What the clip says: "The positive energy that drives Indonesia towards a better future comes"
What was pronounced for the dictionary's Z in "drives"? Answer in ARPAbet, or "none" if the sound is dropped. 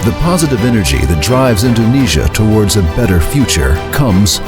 Z